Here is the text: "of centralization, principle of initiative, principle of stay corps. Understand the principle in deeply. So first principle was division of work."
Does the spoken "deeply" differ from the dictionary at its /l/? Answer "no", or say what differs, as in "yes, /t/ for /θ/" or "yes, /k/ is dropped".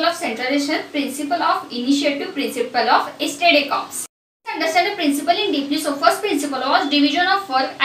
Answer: yes, /n/ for /l/